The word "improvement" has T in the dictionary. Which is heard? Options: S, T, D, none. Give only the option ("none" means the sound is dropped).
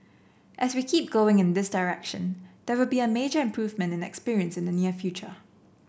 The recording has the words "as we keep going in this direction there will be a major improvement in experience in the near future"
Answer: T